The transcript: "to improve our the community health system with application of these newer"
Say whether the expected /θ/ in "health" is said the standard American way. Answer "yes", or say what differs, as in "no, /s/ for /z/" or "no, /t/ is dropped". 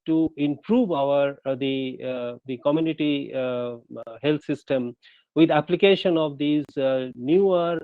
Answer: no, /t/ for /θ/